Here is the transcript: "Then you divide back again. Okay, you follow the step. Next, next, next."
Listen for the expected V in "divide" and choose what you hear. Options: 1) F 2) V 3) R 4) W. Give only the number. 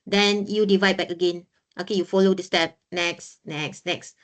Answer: 2